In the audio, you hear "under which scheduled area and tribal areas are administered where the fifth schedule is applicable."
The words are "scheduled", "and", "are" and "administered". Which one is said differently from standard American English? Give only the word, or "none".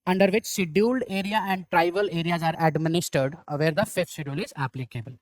scheduled